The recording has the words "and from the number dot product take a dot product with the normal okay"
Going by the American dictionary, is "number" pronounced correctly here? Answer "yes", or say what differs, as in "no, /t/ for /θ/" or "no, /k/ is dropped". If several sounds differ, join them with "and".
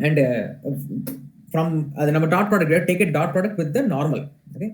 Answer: no, /b/ is dropped